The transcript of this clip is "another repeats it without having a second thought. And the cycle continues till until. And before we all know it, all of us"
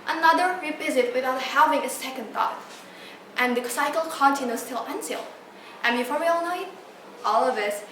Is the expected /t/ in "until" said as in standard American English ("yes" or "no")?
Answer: no